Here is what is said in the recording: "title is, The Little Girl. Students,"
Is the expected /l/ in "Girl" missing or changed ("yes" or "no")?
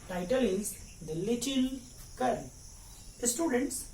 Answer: yes